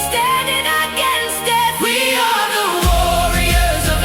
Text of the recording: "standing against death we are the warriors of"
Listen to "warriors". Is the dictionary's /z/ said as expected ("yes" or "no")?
yes